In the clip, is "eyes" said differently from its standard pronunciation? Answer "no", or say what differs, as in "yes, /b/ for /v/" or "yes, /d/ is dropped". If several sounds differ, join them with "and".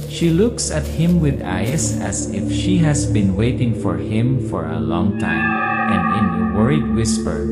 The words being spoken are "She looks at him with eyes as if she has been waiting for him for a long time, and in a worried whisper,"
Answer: yes, /s/ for /z/